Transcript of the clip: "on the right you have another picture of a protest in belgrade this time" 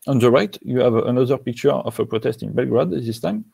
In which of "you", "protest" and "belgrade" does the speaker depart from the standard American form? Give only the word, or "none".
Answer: none